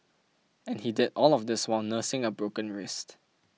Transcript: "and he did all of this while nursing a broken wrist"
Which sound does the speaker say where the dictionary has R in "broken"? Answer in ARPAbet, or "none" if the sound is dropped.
R